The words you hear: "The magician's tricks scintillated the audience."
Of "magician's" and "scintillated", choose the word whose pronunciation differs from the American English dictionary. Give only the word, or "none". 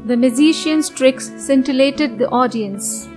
magician's